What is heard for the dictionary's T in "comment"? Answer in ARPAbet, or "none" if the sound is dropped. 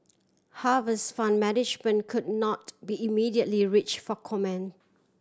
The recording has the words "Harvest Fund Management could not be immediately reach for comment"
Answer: none